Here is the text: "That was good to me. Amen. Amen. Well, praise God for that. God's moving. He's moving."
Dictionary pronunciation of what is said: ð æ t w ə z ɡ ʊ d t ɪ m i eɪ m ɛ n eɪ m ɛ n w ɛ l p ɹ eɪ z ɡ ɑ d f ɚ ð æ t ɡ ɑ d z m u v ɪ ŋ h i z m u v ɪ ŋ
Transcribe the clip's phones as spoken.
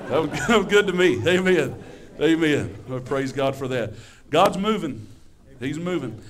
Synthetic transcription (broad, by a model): ð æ t w ə z ɡ ʊ d t ɪ m i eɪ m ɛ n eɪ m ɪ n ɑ p ɹ eɪ z ɡ ɑ d f ɚ ð æ t ɡ ɑ d z m u v ɪ ŋ h i z m u v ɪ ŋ